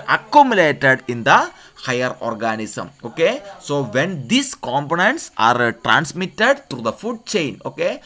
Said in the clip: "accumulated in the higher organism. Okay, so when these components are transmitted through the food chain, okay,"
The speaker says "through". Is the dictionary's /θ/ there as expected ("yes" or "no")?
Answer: no